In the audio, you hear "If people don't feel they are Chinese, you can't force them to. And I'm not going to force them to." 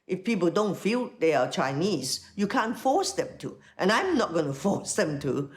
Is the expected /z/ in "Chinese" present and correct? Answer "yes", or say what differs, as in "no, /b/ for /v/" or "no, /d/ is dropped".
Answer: no, /s/ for /z/